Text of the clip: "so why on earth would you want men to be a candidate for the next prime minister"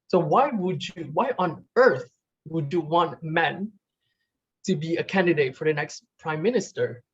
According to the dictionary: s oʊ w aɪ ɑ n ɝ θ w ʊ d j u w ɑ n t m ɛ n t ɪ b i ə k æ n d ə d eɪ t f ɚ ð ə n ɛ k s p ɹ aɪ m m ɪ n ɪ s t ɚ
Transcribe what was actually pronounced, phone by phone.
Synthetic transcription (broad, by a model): s oʊ w aɪ ɑ n ɝ θ w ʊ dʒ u w ɑ n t m ɛ n t ɪ b i ə k æ n d ə d eɪ t f ɚ ð ə n ɛ k s p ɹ aɪ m m ɪ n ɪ s t ɚ